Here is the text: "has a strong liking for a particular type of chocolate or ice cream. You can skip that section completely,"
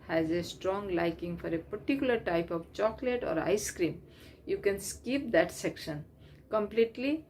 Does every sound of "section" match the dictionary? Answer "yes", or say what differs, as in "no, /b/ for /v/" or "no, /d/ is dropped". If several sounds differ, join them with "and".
yes